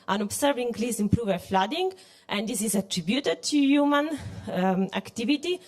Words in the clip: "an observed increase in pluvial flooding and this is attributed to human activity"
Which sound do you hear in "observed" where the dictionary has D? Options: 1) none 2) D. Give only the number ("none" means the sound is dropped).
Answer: 1